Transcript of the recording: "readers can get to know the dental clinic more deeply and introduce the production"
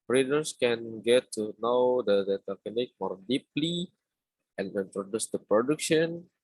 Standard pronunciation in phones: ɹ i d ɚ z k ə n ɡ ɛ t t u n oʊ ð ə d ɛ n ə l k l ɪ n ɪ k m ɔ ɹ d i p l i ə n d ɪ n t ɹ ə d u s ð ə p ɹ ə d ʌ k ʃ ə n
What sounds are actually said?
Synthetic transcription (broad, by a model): ɹ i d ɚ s k ə n ɡ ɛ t t u n oʊ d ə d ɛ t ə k ɪ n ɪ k m ɔ ɹ d i p l i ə n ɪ n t ɹ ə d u s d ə p ɹ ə d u k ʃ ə n